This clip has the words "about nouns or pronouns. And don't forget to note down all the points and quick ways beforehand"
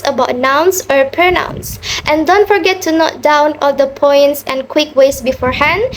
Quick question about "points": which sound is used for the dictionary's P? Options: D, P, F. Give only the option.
P